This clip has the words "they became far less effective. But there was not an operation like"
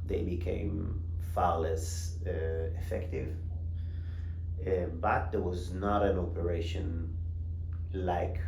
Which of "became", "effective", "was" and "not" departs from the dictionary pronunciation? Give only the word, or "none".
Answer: none